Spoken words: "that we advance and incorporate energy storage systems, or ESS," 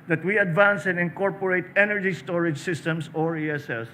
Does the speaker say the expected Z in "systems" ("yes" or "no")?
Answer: no